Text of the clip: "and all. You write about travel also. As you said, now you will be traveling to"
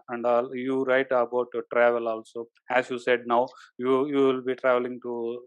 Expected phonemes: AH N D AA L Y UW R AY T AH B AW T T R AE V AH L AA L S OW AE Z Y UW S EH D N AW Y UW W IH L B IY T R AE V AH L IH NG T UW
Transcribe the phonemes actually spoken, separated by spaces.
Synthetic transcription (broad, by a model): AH N D AA L Y UW R AY T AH B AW T T R AE V AH L AA L S OW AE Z Y UW S EH D N AW Y UW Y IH L B IY T R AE V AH L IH NG T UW